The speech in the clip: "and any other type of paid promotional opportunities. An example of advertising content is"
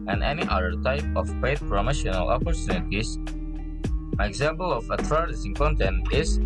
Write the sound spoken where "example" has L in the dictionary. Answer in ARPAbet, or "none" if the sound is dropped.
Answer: L